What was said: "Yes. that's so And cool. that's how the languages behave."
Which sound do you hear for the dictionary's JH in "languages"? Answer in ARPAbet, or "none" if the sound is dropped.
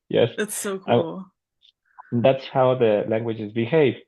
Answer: JH